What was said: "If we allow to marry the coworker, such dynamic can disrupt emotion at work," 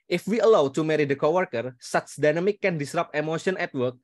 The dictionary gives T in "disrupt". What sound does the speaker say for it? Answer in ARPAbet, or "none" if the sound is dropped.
none